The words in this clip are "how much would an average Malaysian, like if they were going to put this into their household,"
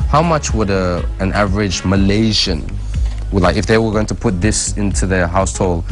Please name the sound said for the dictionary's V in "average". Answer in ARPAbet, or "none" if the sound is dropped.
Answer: V